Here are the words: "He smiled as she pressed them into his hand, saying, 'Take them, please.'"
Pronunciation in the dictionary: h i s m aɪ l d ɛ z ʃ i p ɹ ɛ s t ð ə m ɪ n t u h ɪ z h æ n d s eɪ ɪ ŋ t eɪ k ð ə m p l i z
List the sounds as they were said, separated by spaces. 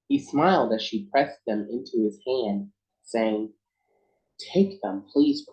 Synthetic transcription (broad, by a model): h i s m aɪ l d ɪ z ʃ i p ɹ ɛ s ð ə m ɪ n t u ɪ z h æ n d s eɪ ɪ ŋ t eɪ k ð ə m p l i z